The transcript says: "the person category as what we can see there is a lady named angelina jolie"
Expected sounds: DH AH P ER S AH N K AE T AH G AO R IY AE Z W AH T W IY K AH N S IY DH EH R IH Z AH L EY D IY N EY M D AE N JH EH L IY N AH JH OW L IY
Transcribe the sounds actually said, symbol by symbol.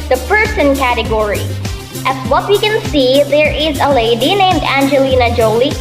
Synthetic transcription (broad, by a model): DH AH P ER S AH N K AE T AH G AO R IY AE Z W AH T W IY K AH N S IY DH EH R IH Z AH L EY D IY N EY M D AE N JH EH L IY N AH JH OW L IY